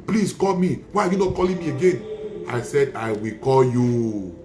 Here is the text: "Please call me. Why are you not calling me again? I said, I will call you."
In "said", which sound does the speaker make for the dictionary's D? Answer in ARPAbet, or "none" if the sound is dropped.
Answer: D